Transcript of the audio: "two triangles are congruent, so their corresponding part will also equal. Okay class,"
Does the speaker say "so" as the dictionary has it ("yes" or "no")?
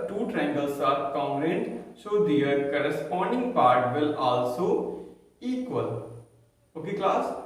no